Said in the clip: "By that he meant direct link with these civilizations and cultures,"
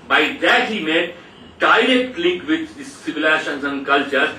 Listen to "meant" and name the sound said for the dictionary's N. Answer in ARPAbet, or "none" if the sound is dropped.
none